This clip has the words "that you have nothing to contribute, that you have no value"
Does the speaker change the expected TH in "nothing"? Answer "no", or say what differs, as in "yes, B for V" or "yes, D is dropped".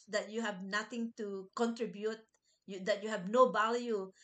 yes, T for TH